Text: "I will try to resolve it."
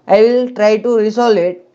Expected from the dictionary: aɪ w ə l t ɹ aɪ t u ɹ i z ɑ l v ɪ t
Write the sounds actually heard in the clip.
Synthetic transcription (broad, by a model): aɪ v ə l t ɹ aɪ t u ɹ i s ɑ l ɪ t